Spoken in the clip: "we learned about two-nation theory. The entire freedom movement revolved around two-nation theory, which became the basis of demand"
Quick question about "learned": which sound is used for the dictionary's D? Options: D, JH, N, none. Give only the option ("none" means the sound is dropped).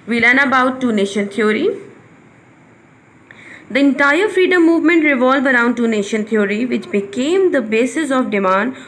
none